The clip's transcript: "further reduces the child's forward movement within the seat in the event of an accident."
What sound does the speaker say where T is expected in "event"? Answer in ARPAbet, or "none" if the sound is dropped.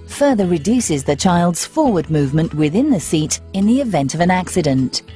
T